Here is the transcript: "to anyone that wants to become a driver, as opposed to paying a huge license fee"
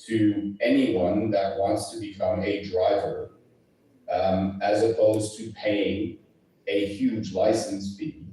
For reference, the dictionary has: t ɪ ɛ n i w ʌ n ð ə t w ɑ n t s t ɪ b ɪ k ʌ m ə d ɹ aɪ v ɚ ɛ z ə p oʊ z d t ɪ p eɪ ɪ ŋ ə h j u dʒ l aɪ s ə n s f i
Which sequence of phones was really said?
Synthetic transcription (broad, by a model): t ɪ ɛ n i w ʌ n ð ə t w ɑ n t s t ɪ b ɪ k ʌ m ə d ɹ aɪ v ɚ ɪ z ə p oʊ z t ɪ p eɪ ɪ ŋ ə h j u dʒ l aɪ s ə n s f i